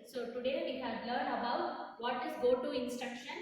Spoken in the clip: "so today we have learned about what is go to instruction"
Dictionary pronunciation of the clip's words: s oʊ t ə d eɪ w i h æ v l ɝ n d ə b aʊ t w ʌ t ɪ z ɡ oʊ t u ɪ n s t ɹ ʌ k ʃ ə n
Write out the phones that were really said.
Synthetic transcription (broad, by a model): s oʊ t ə d eɪ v i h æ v l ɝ n ə b aʊ t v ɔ t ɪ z ɡ oʊ t u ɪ n s t ɹ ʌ k ʃ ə n